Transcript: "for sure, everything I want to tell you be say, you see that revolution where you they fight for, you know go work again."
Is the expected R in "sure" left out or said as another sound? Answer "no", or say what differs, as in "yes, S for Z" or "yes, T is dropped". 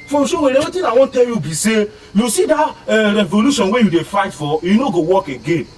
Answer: yes, W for R